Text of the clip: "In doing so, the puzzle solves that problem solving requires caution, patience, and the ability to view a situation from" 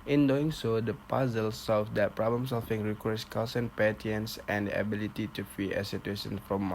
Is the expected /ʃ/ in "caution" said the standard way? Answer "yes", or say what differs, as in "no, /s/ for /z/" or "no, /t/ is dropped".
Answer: no, /s/ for /ʃ/